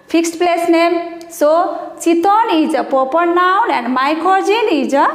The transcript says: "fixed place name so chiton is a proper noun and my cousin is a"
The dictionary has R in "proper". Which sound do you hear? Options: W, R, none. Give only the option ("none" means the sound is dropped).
none